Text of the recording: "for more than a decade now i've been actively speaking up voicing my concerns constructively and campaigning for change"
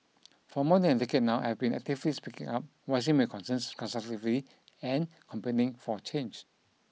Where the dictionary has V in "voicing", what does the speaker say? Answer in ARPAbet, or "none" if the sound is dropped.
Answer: W